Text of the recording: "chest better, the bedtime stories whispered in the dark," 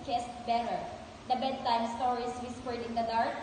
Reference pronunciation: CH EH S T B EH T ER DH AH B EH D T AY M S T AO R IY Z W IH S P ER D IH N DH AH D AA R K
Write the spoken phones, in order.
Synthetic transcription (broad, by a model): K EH S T B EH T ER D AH B EH D T AY M S T AO R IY S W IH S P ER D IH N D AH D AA R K